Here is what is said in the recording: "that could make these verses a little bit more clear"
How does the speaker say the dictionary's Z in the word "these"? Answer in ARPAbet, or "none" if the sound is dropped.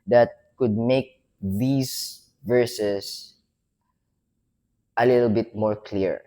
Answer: S